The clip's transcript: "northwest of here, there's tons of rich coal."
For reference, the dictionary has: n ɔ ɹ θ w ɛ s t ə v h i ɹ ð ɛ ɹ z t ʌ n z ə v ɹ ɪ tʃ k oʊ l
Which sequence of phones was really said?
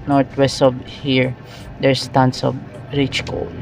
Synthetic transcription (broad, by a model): n ɔ ɹ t w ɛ s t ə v h i ɹ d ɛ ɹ s t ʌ n s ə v ɹ ɪ tʃ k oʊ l